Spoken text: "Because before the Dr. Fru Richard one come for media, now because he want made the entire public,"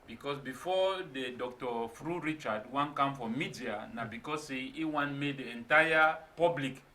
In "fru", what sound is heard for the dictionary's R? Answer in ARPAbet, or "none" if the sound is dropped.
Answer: R